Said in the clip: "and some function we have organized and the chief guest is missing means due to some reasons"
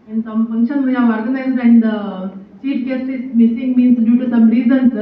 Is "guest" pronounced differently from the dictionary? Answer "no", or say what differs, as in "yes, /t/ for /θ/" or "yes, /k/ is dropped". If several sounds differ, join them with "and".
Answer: yes, /t/ is dropped